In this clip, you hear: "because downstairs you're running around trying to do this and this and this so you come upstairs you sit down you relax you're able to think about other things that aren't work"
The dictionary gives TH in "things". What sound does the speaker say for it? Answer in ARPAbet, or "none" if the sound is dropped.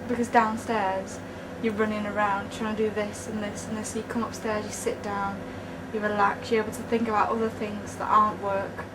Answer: TH